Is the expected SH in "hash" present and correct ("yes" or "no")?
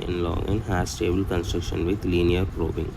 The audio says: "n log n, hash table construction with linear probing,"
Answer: no